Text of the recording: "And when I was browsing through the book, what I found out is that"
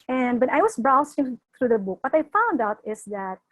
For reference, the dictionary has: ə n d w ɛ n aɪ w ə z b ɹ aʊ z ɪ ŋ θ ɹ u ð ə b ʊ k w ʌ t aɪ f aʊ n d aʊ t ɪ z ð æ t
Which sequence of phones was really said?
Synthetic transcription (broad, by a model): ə n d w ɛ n aɪ w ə s b ɹ aʊ s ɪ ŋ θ ɹ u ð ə b ʊ k w ʌ t aɪ f aʊ n d aʊ t ɪ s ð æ t